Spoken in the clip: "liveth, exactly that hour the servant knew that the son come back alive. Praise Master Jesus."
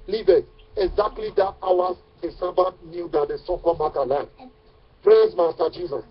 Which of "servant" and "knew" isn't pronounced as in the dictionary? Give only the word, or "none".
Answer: servant